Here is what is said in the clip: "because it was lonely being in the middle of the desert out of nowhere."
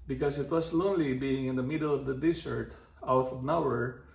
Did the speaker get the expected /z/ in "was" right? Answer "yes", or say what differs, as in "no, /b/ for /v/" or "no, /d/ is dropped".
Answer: no, /s/ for /z/